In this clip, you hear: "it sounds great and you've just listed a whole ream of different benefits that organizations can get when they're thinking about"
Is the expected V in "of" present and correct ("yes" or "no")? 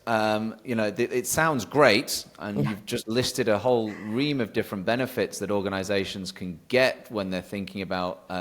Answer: yes